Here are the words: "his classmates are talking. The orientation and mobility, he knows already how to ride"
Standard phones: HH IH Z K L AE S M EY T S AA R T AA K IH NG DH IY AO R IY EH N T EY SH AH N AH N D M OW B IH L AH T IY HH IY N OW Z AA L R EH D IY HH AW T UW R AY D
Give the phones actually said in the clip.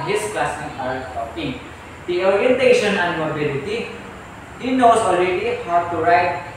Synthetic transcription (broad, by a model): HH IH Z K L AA S IY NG AA R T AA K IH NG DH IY AO R IY EH N T EY SH AH N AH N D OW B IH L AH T IY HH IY N OW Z AA L R EH D IY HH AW T UW R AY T